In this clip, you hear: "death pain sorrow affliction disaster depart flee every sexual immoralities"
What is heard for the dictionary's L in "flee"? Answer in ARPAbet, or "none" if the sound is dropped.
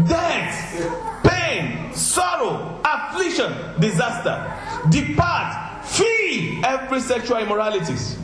none